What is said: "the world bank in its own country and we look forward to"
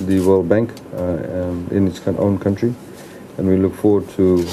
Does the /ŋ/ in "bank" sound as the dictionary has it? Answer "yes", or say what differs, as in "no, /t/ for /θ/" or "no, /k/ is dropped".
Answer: yes